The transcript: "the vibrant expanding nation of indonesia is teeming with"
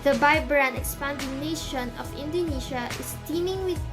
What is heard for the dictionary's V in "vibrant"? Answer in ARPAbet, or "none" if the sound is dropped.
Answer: B